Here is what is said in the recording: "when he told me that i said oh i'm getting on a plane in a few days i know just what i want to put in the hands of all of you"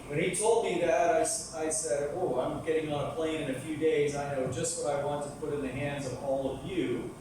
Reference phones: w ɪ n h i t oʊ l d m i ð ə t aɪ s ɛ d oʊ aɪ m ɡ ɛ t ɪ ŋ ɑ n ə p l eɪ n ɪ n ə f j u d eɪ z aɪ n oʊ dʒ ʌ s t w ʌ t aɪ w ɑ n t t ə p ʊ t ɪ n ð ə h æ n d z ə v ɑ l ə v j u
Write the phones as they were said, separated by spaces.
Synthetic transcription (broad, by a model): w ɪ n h i t oʊ l d m i ð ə t aɪ s ɛ d oʊ aɪ m ɡ ɛ t ɪ ŋ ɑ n ə p l eɪ n ɪ n ə f j u d eɪ z aɪ n oʊ dʒ ʌ s t w ʌ t aɪ w ɑ n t t ə p ʊ t ɪ n ð ə h æ n d z ə v ɑ l ə v j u